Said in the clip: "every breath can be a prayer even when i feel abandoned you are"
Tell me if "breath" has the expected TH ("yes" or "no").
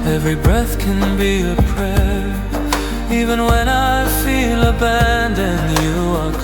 yes